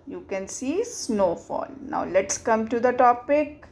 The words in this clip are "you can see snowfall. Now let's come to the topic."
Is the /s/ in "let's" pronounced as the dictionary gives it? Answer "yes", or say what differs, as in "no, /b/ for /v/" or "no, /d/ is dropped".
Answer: yes